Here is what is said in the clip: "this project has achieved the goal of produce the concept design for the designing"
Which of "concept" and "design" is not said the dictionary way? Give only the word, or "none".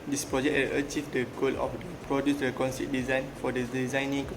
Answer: concept